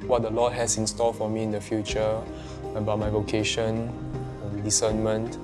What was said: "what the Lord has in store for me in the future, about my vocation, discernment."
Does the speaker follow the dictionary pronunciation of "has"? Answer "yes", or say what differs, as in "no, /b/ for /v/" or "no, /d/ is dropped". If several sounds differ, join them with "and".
no, /s/ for /z/